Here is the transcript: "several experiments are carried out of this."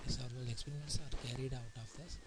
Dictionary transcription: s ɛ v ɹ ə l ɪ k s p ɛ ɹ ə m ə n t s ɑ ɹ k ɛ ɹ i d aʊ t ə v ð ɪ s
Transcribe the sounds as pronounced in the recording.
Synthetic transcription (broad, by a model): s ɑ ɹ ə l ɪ k s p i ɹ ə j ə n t s ɑ ɹ k ɛ ɹ i d aʊ t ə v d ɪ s